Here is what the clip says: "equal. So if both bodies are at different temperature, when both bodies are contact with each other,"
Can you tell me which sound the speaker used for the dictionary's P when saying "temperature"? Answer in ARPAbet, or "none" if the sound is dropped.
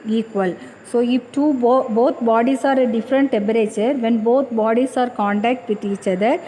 B